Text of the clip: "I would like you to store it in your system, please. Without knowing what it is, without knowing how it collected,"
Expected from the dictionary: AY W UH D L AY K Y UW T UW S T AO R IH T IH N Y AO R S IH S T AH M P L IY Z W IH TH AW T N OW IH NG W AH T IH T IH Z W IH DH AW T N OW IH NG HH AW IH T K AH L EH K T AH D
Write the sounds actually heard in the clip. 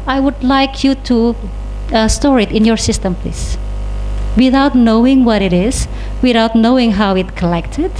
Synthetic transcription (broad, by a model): AY W UH D L AY K Y UW T UW S T AO R IH T IH N Y AO R S IH S T AH M P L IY S W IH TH AW T N OW IH NG W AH T IH T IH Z W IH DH AW T N OW IH NG HH AW IH T K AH L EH K T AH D